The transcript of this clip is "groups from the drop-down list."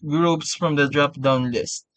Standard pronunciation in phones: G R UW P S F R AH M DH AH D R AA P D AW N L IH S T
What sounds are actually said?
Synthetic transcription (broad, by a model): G R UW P S F R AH M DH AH D R AA P D AW N L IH S T